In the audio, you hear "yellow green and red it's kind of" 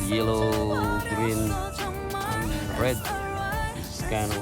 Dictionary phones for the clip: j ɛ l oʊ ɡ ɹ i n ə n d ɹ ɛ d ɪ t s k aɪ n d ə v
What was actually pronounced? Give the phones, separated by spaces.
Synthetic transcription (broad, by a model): j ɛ l oʊ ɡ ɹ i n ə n ɹ ɛ d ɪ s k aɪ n ə